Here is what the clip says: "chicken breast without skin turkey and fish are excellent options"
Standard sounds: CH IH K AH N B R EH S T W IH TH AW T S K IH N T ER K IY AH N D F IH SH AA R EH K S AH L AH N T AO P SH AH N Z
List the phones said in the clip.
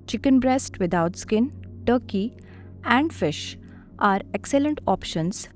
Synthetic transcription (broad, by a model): CH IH K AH N B R EH S T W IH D AW T S K IH N T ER K IY AH N D F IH SH AA R EH K S AH L AH N T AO P SH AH N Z